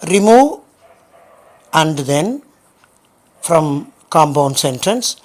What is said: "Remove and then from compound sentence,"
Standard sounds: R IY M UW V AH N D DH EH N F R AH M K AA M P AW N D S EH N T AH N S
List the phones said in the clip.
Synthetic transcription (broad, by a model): R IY M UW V AH N D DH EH N F R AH M K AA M B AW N S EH N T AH N S